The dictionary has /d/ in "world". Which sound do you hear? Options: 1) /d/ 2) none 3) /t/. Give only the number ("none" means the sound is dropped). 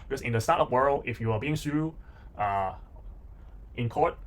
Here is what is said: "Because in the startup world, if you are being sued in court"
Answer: 2